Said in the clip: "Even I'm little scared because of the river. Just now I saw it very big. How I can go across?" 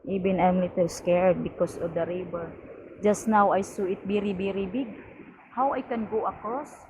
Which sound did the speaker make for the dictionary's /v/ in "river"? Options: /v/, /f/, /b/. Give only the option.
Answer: /b/